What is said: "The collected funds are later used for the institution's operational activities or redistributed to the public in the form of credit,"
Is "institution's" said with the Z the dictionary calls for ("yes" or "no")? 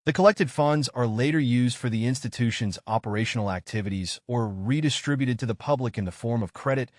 yes